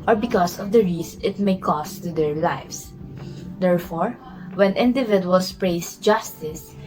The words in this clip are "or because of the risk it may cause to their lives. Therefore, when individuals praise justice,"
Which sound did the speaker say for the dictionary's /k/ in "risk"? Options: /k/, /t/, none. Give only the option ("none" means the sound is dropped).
none